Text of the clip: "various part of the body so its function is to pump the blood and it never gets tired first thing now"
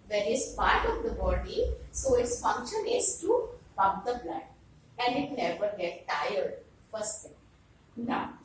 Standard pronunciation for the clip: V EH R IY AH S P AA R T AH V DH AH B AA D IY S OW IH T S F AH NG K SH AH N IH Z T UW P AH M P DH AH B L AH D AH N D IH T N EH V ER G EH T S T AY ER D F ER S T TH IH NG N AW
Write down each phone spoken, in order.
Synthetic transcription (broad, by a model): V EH R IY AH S P AA R T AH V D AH B AA D IY S OW IH T S F AH NG K SH AH N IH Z T UW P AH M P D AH B L AH D AH N D IH T N EH V ER G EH T T AY ER D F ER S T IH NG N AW